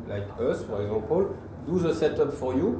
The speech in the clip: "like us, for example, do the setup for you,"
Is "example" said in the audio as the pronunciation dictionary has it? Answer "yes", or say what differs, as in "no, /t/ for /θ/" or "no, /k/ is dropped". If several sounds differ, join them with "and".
no, /m/ is dropped